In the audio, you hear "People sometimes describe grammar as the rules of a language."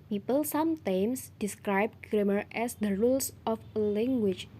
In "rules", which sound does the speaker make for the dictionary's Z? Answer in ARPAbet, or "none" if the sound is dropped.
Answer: S